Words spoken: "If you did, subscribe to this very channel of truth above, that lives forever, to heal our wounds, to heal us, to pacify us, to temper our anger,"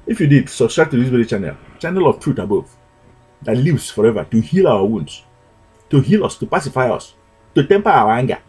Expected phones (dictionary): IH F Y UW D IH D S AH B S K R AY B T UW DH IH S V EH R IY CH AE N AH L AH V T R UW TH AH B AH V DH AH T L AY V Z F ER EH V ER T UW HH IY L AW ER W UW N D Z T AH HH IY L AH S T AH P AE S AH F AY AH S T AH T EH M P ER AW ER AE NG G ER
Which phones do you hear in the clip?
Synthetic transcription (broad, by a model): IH F Y UW D IH D S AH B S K R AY T UW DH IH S W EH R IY CH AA N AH L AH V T R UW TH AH B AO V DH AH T L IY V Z F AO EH V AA T UW HH IY L AW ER W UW N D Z T AH HH IY L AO S T AH P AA S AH F AY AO S T AH T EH M P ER AW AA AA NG G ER